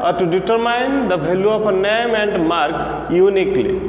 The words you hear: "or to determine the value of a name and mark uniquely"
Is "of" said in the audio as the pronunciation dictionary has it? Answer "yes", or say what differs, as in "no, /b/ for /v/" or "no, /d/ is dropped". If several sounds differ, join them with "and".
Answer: no, /p/ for /v/